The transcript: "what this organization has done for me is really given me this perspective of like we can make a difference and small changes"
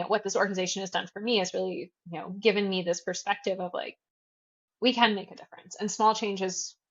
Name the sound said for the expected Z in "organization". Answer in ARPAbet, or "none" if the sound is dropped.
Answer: Z